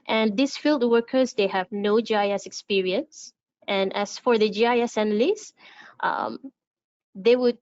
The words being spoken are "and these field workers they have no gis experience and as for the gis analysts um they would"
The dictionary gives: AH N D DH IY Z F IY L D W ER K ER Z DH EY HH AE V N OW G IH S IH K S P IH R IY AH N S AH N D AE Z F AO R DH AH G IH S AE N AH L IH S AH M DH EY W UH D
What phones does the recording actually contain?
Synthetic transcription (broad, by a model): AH N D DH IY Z F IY L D W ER K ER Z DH EY HH AE V N OW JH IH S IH K S P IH R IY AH N S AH N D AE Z F AO R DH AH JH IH S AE N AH L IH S AH M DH EY W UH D